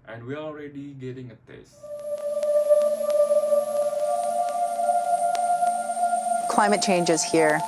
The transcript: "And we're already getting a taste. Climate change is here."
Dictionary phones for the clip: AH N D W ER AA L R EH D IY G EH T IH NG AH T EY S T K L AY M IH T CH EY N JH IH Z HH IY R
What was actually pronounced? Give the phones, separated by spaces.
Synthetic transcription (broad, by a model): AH N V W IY AA L R EH D IY G EH T IH NG AH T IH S K L AY M IH T CH EY N JH IH Z HH IY R